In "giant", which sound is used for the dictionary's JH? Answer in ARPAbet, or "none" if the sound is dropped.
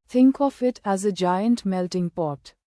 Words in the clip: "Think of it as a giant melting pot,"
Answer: JH